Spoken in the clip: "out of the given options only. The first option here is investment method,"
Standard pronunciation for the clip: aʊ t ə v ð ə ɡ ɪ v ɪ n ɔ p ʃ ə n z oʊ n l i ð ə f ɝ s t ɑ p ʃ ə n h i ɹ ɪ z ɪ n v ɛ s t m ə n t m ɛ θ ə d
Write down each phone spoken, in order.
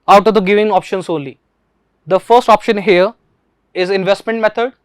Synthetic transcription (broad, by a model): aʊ t ə v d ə ɡ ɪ v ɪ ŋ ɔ p ʃ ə n s oʊ n l i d ə f ɝ s t ɑ p ʃ ə n h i ɹ ɪ z ɪ n v ɛ s t m ə n t m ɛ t ə d